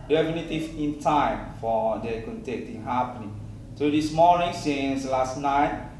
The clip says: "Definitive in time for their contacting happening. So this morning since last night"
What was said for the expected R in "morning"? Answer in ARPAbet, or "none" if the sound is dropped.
L